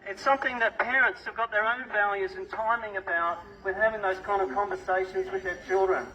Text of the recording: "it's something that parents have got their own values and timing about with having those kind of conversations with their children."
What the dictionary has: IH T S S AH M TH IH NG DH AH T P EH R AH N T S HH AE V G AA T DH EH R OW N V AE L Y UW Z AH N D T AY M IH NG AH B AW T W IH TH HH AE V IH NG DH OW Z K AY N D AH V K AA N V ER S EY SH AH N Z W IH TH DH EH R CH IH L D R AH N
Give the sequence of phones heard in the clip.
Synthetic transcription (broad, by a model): IH T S S AH M TH IH NG DH AH T P EH R AH N T S HH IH V G AA T DH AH R OW N V AE L Y UW Z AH N T AY M IH NG AH B AW T W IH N HH AE V IH NG DH OW Z K AY N D AH V K AA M V ER S EY SH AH N Z W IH DH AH R CH IH L D R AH N